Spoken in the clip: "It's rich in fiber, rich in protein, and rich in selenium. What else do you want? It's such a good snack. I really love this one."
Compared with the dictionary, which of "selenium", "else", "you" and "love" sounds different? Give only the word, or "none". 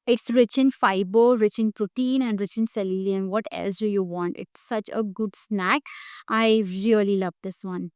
selenium